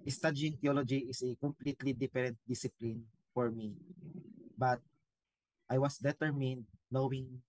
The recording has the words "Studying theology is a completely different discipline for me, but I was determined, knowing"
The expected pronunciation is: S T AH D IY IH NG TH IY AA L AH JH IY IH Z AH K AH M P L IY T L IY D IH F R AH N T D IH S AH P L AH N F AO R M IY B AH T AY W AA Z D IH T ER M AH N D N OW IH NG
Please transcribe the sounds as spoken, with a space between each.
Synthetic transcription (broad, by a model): S T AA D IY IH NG T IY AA L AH JH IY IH S AH K AH M P L IY T L IY D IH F R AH N T D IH S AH P L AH N F AO R M IY B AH T AY W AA S D IH T ER M AH N D N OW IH NG